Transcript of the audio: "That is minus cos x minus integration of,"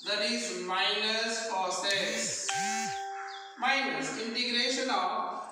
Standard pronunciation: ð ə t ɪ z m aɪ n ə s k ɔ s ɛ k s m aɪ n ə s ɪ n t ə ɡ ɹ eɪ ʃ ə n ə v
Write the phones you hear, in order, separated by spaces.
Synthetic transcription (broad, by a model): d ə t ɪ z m aɪ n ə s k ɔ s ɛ s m aɪ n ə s ɪ n t ə ɡ ɹ eɪ ʃ ə n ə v